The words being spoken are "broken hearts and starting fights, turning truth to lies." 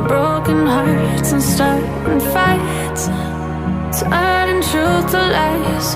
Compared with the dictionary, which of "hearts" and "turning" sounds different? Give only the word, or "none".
turning